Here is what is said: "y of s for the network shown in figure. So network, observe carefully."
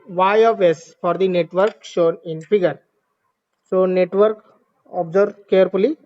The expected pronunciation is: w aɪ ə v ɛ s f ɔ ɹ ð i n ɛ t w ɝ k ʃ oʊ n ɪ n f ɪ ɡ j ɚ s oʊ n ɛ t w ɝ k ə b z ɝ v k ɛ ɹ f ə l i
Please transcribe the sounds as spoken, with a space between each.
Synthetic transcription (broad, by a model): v aɪ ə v ɛ s f ɔ ɹ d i n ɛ t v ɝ k ʃ oʊ n ɪ n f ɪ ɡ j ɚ s oʊ n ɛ t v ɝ k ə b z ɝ b k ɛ ɹ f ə l i